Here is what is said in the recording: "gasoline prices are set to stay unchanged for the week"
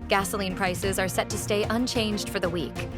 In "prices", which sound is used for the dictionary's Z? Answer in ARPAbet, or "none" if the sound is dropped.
Z